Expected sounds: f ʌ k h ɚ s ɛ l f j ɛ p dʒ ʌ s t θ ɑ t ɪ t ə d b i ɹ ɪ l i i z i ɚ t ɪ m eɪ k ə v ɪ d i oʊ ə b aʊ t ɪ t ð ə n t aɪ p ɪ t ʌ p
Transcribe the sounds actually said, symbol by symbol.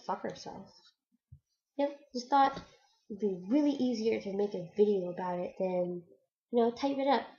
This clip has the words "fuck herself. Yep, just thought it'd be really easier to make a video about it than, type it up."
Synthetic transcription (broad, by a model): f ʌ k ɚ s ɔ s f j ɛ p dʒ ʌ s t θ ɑ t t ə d b i ɹ ɪ l i i z i ɚ t ɪ m eɪ k ə v ɪ d i oʊ ə b aʊ t ɪ t ð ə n t aɪ p ɪ t ʌ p